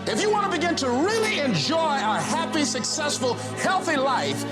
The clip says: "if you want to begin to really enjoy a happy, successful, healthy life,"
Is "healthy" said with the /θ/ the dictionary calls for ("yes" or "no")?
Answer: yes